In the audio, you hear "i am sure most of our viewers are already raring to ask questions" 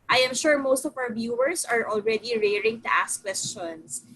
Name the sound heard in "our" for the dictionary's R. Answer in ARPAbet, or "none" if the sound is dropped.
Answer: W